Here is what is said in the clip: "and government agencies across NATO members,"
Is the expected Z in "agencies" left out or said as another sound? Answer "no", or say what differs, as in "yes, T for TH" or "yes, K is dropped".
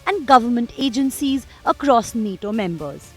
no